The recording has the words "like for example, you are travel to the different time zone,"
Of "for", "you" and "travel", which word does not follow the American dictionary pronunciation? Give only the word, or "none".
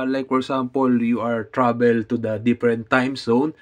travel